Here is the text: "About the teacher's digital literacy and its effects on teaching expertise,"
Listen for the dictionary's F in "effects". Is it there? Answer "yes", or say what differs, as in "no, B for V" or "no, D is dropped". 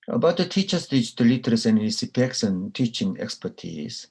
no, P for F